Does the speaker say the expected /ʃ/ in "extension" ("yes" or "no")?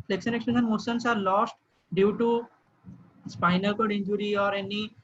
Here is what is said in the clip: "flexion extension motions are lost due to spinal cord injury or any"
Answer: no